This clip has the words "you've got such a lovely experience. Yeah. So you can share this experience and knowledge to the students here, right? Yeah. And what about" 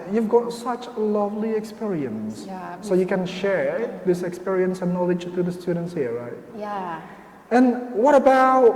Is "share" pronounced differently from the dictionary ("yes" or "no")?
no